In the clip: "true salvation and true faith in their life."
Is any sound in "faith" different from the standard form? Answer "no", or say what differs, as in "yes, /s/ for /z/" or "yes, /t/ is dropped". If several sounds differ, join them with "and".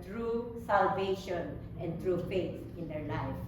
yes, /t/ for /θ/